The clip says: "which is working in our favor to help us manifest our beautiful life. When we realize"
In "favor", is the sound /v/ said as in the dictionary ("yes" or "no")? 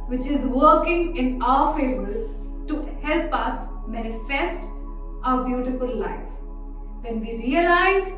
no